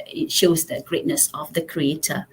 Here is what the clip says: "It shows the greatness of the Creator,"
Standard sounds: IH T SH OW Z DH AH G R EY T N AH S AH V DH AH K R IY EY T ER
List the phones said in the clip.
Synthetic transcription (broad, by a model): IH T SH OW Z DH AH G R EY T N AH S AH V DH AH K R IY EY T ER